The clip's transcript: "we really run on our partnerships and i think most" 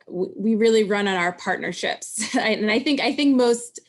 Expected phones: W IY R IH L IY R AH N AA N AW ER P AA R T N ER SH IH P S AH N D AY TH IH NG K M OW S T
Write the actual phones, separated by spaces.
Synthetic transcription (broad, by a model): W IY R IH L IY R AH N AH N AW ER P AA R T N ER SH IH P S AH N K AY TH IH NG K M OW S T